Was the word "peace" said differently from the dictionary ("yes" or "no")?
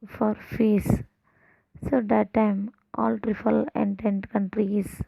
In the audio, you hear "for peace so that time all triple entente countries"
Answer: yes